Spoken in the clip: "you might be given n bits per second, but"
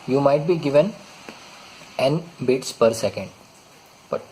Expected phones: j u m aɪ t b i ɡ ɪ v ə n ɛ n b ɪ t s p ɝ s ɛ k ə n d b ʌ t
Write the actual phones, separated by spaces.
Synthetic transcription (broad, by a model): j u m aɪ t b i ɡ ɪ v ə n ɛ n b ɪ t s p ɝ s ɛ k ə n d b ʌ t